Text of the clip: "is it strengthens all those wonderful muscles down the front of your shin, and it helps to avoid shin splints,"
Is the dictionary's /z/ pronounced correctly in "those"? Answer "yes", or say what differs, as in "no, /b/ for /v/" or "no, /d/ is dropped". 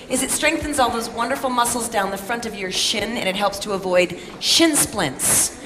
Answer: yes